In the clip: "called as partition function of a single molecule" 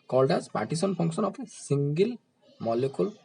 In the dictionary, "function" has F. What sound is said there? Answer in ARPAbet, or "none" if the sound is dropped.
P